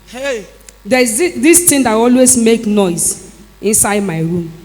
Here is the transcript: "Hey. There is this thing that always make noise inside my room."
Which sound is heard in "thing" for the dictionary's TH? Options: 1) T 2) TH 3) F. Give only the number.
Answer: 1